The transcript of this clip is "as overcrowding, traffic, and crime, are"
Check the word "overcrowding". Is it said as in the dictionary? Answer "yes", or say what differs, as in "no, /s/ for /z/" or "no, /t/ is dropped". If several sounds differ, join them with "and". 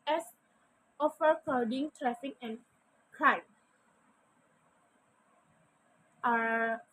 no, /ɹ/ is dropped